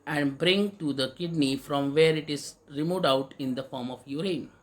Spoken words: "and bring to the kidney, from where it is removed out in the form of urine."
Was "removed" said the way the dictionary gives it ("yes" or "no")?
no